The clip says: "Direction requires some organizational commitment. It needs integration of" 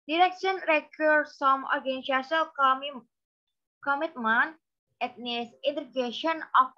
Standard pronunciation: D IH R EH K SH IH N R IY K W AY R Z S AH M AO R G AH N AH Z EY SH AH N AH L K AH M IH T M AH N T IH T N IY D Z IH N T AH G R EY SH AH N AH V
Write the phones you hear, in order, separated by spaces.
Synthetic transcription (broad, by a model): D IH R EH K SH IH N R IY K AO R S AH M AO R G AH N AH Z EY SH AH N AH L K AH M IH T M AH N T IH T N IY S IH N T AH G EY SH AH N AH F